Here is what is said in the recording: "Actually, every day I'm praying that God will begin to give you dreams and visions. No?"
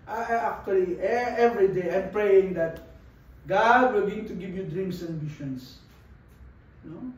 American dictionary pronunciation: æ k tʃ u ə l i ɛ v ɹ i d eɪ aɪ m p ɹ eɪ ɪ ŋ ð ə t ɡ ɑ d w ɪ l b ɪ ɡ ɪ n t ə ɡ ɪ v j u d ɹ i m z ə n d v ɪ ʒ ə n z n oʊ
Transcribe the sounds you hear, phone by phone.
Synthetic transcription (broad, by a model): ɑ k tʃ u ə l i ɛ v ɹ i d eɪ aɪ m p ɹ eɪ ɪ ŋ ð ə t ɡ ɑ d w ɪ l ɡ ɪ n t ə ɡ ɪ v j u d ɹ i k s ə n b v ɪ ʃ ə n s n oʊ